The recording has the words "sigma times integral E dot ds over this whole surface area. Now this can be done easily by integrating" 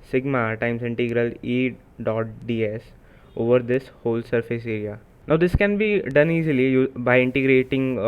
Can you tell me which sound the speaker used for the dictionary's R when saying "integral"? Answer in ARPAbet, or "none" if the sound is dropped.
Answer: R